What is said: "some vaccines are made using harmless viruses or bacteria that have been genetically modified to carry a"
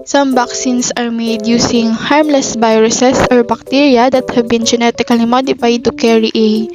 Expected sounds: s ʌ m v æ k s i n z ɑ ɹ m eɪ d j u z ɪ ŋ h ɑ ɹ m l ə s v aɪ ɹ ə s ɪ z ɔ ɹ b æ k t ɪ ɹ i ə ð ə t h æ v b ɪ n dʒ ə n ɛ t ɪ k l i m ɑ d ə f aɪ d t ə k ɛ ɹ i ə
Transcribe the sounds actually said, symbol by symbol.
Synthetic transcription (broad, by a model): s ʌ m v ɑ k s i n s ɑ ɹ m eɪ d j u s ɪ ŋ h ɑ ɹ m l ə s b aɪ ɹ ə s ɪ s ɔ ɹ b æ k t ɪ ɹ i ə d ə t h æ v b ɪ n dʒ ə n ɛ t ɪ k l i m ɑ d ə f aɪ d t ə k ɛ ɹ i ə